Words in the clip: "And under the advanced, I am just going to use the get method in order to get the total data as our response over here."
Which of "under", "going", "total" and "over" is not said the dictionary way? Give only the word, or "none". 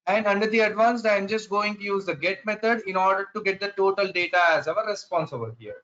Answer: over